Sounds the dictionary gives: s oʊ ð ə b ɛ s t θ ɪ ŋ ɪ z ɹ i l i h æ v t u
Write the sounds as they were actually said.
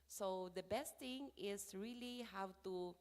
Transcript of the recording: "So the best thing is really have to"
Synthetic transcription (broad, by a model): s oʊ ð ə b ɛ s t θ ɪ ŋ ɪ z ɹ i l i h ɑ w t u